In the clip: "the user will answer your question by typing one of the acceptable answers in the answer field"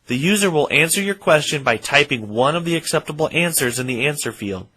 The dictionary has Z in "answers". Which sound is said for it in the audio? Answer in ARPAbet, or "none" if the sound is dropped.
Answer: Z